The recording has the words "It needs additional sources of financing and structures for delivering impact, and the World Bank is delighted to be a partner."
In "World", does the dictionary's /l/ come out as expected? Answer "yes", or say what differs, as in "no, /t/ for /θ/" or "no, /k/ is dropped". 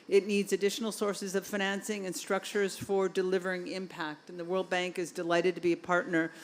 yes